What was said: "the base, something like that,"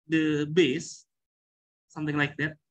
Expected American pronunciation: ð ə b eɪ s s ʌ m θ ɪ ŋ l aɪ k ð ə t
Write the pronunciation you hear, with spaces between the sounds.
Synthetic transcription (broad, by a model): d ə b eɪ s s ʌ m t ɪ ŋ l aɪ k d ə t